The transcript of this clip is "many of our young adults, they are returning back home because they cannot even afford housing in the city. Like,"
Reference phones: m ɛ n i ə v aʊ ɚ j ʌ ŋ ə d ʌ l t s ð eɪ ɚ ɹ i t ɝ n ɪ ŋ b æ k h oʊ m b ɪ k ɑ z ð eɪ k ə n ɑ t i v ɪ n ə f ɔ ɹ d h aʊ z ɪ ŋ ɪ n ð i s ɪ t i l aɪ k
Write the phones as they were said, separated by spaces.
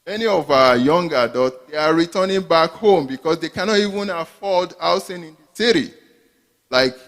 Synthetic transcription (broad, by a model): m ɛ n i ə v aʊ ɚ j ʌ ŋ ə d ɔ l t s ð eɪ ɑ ɹ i t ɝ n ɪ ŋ b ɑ k h oʊ m b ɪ k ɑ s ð eɪ k ə n ɑ t i v ɪ n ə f ɔ l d aʊ s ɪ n ɪ n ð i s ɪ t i l aɪ k